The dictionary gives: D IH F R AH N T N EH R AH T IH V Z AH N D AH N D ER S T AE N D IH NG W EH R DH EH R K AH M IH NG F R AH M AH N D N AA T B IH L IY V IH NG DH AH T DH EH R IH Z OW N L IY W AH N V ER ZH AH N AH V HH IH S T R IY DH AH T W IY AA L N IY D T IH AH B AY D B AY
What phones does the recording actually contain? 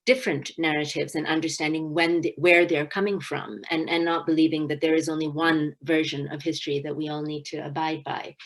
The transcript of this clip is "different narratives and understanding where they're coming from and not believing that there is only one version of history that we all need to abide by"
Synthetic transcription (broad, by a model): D IH F R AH N N EH R AH T IH V Z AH N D AH N D ER S T AE N D IH NG W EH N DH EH R K AH M IH NG F R AH M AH N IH N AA T B IH L IY V IH NG DH AH T DH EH R IH Z OW N L IY W AH N V ER ZH AH N AH V HH IH S T R IY DH AH T W IY AA L N IY D T IH AH B AY D B AY